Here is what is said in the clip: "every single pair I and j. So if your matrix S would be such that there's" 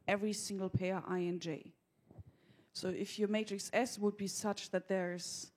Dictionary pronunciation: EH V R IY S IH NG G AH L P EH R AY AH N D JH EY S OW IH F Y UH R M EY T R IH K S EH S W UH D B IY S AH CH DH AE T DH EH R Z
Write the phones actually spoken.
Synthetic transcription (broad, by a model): EH V R IY S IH NG G L P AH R AY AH N JH EY S OW IH F Y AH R M EY T R IH K S EH S W UH D B IY S AH CH DH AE T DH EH R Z